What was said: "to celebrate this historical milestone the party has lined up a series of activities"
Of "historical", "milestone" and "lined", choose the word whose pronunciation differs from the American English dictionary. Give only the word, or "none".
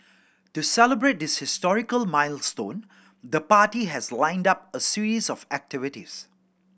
none